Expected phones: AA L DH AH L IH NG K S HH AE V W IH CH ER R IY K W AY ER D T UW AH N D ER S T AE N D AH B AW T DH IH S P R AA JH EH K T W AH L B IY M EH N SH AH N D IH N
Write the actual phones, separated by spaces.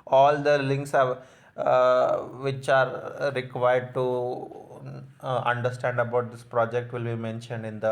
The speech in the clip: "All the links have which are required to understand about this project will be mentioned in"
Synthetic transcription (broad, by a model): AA L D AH L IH NG K S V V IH CH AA R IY K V AY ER D T UW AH N D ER S T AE N D AH B AW T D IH S P R AA JH EH K T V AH L B IY M EH N SH AH N D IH N